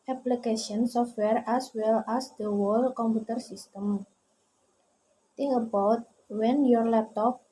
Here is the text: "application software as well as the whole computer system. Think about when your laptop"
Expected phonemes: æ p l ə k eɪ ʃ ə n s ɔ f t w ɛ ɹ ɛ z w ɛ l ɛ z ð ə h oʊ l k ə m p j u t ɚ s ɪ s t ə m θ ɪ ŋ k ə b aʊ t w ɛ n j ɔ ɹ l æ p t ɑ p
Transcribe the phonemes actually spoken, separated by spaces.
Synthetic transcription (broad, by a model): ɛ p l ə k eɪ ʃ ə n s ɔ f t w ɛ ɹ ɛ s w ɛ l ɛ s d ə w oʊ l k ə m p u t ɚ s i s t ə m t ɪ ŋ ə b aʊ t w ɛ n j ɔ ɹ l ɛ p t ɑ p